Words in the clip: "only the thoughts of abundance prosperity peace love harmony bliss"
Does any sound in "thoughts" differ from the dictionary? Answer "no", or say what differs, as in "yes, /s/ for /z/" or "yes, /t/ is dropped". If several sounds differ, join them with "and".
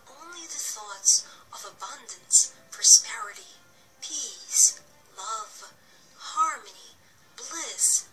no